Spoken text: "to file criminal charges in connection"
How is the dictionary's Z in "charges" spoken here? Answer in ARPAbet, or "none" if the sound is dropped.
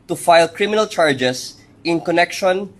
S